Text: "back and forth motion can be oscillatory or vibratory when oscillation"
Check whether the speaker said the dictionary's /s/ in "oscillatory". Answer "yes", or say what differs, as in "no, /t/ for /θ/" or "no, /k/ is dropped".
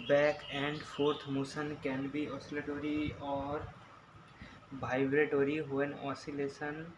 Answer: yes